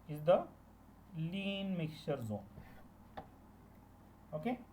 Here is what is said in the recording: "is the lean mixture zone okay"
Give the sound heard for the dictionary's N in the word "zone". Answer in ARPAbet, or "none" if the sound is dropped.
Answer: N